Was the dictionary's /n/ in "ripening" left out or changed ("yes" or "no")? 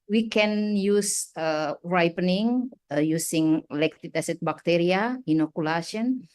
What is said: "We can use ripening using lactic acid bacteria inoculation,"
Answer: no